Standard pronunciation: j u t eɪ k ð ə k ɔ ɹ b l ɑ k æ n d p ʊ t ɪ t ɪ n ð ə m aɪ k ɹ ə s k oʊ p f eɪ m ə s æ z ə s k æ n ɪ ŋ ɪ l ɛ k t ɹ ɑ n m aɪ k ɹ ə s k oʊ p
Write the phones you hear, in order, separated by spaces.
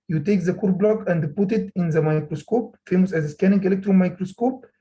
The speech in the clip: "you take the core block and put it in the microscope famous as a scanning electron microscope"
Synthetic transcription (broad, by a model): j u t eɪ k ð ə k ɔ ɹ b l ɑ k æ n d p ʊ t ɪ t ɪ n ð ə m aɪ k ɹ ə s k oʊ p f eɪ m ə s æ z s k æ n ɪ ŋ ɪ l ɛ k t ɹ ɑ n m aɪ k ɹ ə s k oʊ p